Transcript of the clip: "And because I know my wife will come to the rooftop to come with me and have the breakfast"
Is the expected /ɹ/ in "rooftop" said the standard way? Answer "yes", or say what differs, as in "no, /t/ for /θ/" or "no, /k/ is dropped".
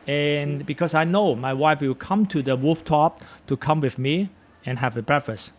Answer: no, /w/ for /ɹ/